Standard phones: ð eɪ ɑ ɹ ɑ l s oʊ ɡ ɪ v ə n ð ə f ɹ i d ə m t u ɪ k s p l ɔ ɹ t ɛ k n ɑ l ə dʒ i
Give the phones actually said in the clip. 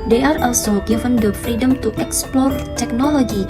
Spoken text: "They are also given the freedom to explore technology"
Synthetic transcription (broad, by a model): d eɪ ɑ ɹ ɑ l s oʊ ɡ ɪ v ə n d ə f ɹ i d ə m t u ɪ k s p l ɔ ɹ t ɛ k n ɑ l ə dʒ i